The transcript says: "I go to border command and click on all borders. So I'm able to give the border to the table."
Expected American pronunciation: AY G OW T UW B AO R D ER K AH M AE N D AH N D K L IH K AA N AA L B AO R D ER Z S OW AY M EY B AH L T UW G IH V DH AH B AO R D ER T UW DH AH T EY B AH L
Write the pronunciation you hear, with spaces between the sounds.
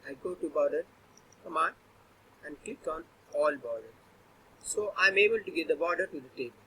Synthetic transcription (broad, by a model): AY G OW T UW B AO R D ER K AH M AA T AH N D K L IH K AA N AA L B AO R D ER S OW AY M EY B AH L T UW G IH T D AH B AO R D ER T UW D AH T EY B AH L